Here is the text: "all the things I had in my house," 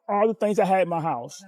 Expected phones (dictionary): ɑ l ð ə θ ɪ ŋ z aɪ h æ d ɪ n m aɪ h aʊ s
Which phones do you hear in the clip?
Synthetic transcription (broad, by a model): ɑ l ð ə θ ɪ ŋ z aɪ h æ d ɪ n m aɪ h aʊ s